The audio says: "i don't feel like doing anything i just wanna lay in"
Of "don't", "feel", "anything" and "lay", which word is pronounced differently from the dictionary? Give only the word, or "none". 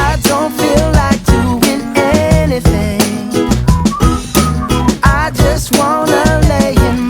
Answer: none